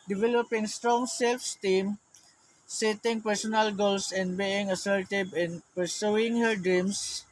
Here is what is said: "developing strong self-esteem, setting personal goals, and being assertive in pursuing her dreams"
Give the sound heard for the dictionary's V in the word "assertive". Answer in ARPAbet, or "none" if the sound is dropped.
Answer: B